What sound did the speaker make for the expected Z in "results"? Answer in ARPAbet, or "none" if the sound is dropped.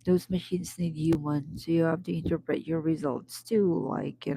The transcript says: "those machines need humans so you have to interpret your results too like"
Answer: Z